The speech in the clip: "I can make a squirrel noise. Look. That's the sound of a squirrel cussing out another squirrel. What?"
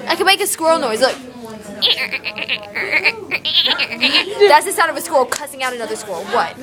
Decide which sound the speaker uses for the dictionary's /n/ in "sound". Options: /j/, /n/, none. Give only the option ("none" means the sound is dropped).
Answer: none